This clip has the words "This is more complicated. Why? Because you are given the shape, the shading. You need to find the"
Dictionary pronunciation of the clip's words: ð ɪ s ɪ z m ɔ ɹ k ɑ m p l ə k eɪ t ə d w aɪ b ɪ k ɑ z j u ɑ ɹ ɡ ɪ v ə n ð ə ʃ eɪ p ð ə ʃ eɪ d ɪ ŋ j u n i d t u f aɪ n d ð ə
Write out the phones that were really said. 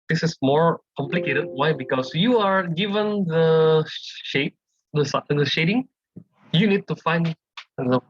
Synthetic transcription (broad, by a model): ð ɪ s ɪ s m ɔ ɹ k ɑ m p l ə k eɪ t ə d w aɪ b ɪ k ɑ s j u ɑ ɹ ɡ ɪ v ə n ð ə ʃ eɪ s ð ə ʃ eɪ d ɪ ŋ j u n i d t u f aɪ n d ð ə